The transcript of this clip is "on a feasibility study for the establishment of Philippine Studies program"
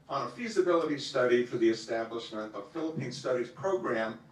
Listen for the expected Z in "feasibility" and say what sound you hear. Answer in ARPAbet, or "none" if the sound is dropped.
Z